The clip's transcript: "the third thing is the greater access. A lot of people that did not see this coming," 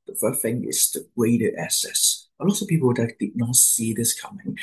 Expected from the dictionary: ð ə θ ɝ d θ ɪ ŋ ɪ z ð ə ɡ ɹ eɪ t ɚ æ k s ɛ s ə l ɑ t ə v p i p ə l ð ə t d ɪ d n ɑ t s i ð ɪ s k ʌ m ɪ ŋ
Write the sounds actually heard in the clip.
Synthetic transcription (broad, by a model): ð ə f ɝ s θ ɪ ŋ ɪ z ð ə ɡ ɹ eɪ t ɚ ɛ s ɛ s ə l ɑ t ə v p i p ə l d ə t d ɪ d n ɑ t s i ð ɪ s k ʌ m ɪ ŋ